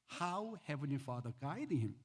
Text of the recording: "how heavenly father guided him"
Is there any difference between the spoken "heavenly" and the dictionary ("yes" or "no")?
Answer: no